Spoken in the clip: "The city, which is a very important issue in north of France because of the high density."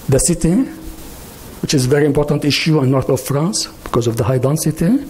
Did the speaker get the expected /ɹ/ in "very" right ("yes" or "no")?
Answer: yes